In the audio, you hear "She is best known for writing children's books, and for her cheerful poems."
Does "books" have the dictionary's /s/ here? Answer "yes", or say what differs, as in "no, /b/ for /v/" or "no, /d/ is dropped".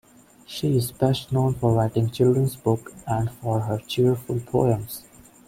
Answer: no, /s/ is dropped